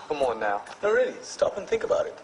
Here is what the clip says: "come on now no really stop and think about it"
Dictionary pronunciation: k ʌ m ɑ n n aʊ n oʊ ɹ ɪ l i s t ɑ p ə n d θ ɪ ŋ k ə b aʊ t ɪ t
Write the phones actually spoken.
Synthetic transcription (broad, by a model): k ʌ m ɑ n n aʊ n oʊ ɹ ɪ l i s t ɑ p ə n θ ɪ ŋ k ə b aʊ t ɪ t